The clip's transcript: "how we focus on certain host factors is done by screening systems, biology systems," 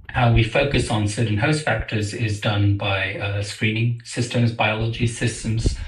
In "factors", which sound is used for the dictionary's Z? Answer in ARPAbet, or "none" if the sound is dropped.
Z